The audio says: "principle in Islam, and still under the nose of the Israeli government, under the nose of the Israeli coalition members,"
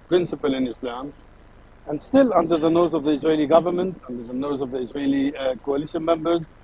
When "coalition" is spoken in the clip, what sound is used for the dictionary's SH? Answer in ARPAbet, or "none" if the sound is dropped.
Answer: SH